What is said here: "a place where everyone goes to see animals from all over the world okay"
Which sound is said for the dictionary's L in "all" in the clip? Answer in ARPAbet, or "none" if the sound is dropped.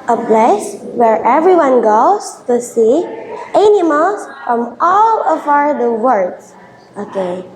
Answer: L